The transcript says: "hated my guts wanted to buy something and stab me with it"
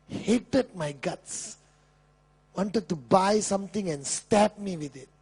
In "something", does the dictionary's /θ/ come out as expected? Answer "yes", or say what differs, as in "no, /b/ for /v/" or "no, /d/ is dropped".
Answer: no, /t/ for /θ/